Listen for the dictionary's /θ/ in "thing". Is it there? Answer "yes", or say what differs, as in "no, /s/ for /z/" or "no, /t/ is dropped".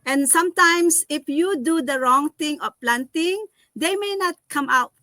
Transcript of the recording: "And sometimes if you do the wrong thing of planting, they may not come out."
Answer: no, /t/ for /θ/